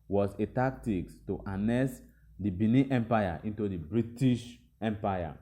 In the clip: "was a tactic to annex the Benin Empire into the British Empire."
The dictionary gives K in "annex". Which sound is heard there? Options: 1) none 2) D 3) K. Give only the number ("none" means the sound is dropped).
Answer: 1